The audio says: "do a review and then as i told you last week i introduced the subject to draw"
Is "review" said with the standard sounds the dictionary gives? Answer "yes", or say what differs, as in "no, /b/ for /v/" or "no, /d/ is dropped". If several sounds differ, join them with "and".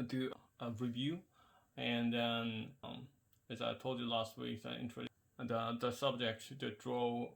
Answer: yes